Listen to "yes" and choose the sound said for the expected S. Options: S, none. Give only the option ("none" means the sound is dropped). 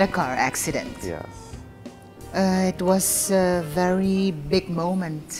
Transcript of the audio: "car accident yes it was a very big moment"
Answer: none